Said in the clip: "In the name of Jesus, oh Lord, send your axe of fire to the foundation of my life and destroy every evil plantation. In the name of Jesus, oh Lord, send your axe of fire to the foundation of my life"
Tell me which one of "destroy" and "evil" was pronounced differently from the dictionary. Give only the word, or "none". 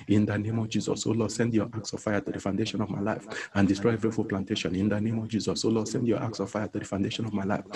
evil